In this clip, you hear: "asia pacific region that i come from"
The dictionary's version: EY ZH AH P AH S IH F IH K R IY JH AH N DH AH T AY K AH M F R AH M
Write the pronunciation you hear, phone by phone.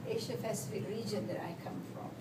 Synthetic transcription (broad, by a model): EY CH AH F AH S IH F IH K R IY JH AH N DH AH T AY K AH M F R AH M